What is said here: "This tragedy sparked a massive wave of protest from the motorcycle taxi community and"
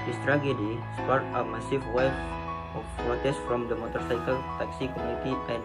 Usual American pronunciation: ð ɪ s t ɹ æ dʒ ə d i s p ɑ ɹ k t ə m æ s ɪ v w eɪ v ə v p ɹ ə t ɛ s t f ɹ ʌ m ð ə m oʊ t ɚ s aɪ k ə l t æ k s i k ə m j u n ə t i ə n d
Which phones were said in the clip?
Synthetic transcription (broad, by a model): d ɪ s t ɹ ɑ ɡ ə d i s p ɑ ɹ t ə m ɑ s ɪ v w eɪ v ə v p ɹ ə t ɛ s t f ɹ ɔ m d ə m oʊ t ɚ s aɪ k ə l t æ k s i k ə m j u n ə t i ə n